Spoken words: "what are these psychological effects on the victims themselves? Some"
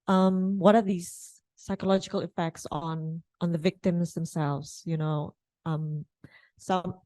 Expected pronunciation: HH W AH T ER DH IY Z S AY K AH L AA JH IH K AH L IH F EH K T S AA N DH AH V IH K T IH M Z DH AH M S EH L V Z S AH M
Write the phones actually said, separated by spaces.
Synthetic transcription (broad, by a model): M W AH T ER DH IY Z S AY K AH L AA JH IH K AH L IH F EH K T S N N DH AH V IH K T IH M Z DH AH M S EH L V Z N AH M